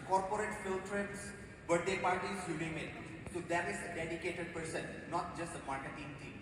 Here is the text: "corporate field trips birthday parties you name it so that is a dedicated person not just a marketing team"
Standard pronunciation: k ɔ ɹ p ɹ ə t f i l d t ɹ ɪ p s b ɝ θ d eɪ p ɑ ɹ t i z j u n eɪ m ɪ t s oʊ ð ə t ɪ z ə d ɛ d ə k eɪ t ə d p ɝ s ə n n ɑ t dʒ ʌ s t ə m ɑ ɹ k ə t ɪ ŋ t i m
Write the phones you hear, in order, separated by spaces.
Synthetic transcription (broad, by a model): k ɔ ɹ p ɹ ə t f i l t ɹ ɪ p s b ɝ t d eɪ p ɑ ɹ t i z j u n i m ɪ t s oʊ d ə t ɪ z ə d ɛ d ə k eɪ t ə d p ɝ s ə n n ɑ t dʒ ʌ s t ə m ɑ ɹ k ə t ɪ ŋ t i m